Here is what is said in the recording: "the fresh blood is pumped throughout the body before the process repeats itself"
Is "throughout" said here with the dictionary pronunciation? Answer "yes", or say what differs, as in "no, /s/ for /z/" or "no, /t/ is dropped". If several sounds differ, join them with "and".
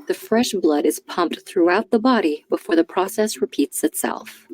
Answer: yes